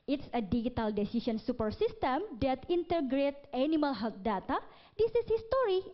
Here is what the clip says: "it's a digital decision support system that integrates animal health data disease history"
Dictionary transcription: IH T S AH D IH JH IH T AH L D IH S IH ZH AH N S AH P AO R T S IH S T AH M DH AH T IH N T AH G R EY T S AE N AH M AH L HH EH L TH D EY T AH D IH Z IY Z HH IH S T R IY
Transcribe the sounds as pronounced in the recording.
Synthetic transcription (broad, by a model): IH T S AH D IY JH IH T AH L D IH S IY S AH N S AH P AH R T S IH S T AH M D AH T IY N T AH G R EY T AA N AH M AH L HH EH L T D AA T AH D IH S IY S HH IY S T R IY